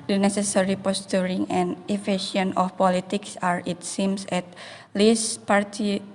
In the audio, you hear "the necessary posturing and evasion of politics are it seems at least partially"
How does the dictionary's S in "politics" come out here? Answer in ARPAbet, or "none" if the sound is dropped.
S